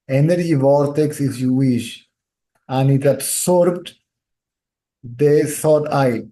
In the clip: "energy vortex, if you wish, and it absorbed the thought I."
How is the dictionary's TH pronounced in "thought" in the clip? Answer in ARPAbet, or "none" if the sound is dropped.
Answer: S